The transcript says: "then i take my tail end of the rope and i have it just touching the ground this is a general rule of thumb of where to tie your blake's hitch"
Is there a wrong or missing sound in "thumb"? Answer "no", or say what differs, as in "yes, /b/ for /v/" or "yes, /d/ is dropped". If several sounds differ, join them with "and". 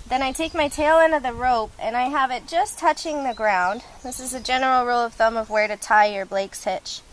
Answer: no